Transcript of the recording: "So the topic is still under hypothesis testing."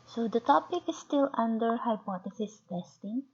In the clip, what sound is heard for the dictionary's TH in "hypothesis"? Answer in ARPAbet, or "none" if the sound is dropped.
T